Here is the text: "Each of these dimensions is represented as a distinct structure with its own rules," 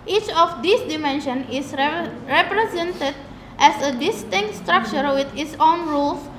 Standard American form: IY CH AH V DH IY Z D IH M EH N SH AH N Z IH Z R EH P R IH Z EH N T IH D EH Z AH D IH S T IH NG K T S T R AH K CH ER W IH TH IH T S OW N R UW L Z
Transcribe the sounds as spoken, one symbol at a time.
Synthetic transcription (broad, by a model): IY CH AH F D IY S D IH M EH N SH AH N IH S R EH P R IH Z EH N T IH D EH S AH D IH S T IH NG K T S T R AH K CH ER W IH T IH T S OW N R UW L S